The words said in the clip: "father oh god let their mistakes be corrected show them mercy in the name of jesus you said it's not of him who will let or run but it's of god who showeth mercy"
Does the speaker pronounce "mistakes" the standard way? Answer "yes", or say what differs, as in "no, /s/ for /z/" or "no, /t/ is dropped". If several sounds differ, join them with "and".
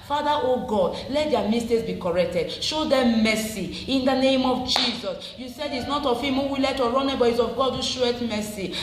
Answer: no, /k/ is dropped